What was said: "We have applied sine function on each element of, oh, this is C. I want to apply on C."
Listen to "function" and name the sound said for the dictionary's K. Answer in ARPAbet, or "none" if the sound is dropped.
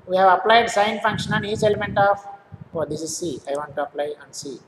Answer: K